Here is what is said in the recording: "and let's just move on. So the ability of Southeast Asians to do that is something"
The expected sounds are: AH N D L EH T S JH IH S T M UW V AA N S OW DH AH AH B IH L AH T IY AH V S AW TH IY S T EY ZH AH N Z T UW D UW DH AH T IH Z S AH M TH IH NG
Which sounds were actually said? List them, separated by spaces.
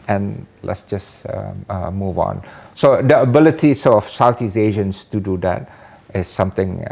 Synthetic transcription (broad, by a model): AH N L EH T S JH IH S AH M UW V AA N S OW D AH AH B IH L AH T IY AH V S AW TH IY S EY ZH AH N S T UW D UW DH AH T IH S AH M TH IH NG